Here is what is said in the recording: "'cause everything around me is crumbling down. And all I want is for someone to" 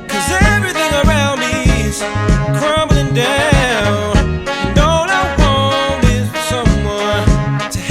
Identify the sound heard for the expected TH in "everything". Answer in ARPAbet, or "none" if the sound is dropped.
TH